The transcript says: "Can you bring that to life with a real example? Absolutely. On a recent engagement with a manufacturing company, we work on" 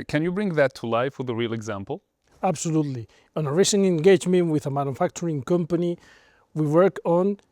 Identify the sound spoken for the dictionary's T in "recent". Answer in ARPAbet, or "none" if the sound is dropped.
none